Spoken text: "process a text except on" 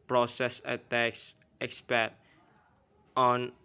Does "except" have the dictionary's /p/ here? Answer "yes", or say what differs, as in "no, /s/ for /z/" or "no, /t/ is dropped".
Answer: no, /p/ is dropped